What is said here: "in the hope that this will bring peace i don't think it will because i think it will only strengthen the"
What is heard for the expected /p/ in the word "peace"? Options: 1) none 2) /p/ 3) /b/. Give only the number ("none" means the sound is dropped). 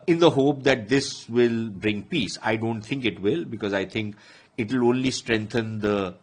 2